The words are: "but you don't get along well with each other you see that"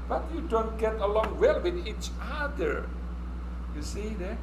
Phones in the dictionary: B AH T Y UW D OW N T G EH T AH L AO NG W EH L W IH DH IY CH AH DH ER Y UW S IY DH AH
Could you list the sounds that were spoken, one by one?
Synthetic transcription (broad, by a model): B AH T Y UW D OW N T G EH T AH L AO NG W EH L W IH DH IY CH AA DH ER Y UW S IY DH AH